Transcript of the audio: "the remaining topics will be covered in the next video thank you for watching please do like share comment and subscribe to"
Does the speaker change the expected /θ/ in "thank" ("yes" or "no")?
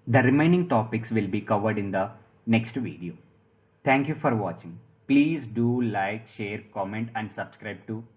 yes